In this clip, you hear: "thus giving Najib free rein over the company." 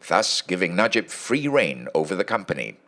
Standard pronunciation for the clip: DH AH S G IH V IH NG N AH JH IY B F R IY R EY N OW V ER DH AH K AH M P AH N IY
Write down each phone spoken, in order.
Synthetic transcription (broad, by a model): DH AH S G IH V IH NG N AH JH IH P F R IY R EY N OW V ER DH AH K AH M P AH N IY